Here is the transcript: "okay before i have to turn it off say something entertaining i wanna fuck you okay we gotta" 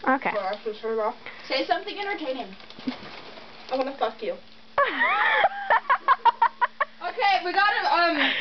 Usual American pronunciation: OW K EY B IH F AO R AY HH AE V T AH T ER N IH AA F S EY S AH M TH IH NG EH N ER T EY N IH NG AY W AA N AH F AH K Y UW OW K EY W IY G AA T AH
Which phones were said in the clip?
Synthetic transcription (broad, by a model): OW K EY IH AO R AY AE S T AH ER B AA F S EY S AH M TH IH NG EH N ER T EY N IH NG AY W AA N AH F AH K Y UW OW K EY W IY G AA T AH